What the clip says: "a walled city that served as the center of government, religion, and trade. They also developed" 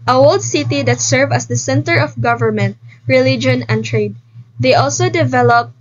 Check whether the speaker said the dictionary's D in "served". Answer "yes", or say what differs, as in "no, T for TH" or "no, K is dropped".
no, D is dropped